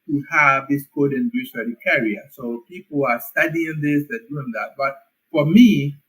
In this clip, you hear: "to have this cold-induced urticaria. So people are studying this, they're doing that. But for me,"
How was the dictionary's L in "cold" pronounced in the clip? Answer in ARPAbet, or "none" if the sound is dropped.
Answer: none